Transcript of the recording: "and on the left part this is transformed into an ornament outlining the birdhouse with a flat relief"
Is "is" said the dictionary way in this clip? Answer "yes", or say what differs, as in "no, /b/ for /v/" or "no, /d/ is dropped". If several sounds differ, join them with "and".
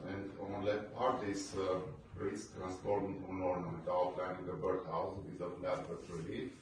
no, /s/ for /z/